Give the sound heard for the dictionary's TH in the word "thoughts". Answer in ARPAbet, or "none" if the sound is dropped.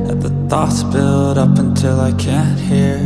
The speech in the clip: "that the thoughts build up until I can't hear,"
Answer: TH